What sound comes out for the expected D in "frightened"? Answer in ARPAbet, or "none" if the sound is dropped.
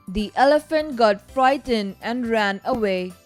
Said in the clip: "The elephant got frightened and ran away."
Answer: none